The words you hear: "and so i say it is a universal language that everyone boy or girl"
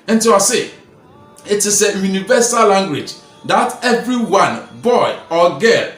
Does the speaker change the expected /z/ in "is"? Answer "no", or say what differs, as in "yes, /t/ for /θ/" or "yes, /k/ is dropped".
yes, /s/ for /z/